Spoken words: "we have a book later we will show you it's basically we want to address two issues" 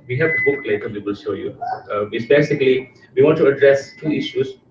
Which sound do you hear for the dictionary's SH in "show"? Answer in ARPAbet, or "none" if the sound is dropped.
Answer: S